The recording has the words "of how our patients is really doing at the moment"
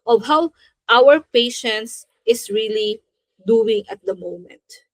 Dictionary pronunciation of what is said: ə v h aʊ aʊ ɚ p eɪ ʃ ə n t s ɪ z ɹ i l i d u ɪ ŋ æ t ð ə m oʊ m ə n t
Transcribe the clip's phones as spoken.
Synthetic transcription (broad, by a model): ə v h aʊ aʊ ɚ p eɪ ʃ ə n t s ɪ s ɹ i l i d u ɪ ŋ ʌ t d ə m oʊ m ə n t